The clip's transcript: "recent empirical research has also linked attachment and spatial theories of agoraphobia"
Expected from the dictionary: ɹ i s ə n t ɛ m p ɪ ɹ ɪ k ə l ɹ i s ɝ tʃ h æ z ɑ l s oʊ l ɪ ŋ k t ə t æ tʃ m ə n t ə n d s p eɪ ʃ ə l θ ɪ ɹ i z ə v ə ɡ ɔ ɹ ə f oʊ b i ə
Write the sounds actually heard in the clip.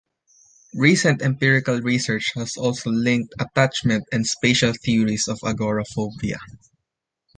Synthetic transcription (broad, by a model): ɹ i s ə n t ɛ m p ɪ ɹ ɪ k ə l ɹ i s ɝ tʃ h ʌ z ɑ l s oʊ l ɪ ŋ k t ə t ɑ tʃ m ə n t ə n d s p eɪ ʃ ə l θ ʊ ɹ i s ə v ə ɡ ɔ ɹ ə f oʊ b i ə